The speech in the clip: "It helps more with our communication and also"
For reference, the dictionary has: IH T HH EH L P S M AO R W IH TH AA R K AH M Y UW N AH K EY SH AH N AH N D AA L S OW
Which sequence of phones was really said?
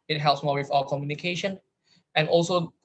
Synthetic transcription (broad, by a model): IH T HH EH L P S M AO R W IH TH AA L K AH M Y UW N AH K EY SH AH N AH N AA L S OW